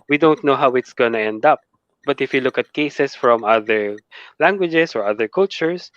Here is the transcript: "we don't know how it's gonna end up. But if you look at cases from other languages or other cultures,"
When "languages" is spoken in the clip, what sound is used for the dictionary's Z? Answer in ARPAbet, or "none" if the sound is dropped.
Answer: S